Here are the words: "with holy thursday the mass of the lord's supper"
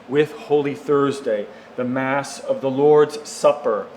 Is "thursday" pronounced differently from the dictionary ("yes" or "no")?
no